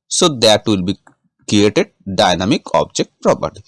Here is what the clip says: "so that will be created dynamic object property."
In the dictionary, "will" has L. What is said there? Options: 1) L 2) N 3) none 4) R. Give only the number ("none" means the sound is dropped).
1